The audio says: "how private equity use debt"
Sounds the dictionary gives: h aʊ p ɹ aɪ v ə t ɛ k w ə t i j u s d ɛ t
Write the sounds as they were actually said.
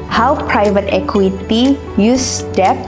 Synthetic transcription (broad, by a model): h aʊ p ɹ aɪ v ə t ɛ k w ə t i j u s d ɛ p